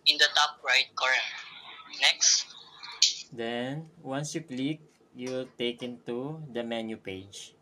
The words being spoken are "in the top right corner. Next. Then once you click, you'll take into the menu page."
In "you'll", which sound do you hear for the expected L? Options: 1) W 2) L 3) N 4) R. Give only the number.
2